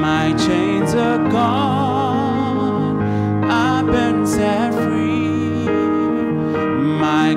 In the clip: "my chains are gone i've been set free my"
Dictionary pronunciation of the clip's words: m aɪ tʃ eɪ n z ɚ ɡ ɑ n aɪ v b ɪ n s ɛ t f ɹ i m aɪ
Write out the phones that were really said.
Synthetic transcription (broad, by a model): m aɪ tʃ eɪ n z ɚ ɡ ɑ aɪ b ɪ n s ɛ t f ɹ i m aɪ